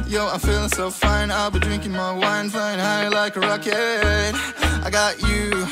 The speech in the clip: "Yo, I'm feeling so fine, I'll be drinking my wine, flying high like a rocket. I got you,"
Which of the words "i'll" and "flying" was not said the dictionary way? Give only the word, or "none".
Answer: flying